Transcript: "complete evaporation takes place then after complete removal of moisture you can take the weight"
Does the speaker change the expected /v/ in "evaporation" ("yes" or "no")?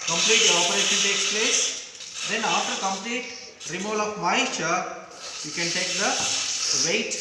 yes